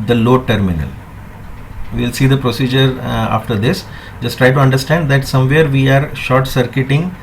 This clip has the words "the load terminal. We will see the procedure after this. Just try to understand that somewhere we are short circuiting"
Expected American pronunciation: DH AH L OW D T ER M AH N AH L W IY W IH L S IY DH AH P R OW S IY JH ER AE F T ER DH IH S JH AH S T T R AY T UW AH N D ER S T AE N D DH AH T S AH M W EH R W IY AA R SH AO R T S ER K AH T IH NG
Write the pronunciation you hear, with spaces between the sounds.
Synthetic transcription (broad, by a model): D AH L OW T ER M AH N AH L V IY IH L S IY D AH P R OW S IY JH ER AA F T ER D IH S JH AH S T T R AY T UW AH N D ER S T AE N D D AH T S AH M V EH R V IY AA R SH AO R T S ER K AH T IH NG